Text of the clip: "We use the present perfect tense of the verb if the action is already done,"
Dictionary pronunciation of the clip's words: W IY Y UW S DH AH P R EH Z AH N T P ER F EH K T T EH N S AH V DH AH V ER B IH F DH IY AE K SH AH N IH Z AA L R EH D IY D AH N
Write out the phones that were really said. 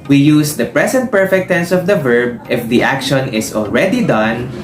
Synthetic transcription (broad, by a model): W IY Y UW S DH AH P R EH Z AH N T P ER F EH K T T EH N S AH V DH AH V ER B IH F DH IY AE K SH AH N IH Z AA L R EH D IY D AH N